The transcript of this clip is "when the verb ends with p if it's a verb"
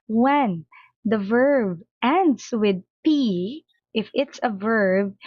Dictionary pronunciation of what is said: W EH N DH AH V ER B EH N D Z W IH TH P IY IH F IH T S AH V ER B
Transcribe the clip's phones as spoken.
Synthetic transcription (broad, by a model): W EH N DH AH V ER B EH N D S W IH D P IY IH F IH T S AH V ER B